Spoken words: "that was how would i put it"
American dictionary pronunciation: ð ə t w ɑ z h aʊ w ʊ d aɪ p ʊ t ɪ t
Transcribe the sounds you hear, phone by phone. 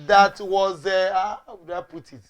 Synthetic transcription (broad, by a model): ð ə t w ɑ z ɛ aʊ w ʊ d aɪ p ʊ t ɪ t